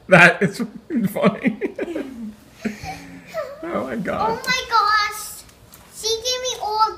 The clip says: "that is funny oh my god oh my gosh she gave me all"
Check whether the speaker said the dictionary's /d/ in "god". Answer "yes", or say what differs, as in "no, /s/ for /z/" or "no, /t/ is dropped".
no, /d/ is dropped